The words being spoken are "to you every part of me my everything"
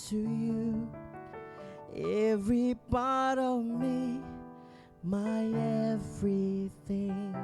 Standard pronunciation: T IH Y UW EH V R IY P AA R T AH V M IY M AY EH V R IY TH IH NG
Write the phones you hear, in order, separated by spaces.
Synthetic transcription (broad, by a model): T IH Y UW EH V R IY P AA R T AH V M IY M AY EH V R IY TH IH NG